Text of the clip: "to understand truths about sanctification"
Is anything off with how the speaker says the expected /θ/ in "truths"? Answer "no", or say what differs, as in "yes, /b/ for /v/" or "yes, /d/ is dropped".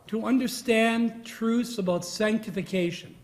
no